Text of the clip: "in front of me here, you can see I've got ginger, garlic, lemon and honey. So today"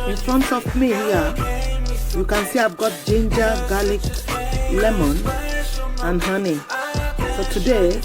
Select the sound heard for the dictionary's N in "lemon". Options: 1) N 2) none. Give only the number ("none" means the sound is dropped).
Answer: 1